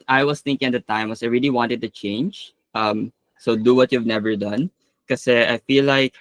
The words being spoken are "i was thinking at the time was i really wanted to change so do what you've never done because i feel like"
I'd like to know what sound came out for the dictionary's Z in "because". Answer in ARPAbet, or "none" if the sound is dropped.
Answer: none